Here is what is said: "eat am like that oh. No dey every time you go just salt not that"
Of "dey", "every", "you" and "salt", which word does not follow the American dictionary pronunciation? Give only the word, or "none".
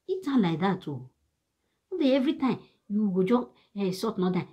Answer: salt